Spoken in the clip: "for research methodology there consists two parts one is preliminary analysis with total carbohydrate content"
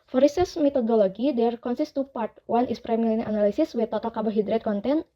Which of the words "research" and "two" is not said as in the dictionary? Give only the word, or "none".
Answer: research